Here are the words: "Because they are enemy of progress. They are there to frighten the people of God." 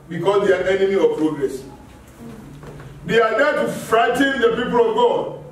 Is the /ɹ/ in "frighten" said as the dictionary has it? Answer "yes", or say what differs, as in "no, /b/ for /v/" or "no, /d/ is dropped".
yes